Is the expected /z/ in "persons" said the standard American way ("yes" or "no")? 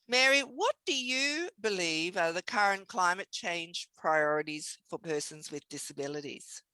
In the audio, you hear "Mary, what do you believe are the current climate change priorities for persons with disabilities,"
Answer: yes